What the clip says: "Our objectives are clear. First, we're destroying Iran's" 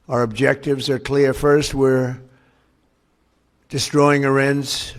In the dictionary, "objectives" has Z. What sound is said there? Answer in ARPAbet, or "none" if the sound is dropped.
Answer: Z